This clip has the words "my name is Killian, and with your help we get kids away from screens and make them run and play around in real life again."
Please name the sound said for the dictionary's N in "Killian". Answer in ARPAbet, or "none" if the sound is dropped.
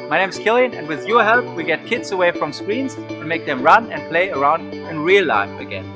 N